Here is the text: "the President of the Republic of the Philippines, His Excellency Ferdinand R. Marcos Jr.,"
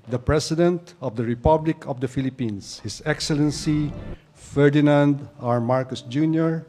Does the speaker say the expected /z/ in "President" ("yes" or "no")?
no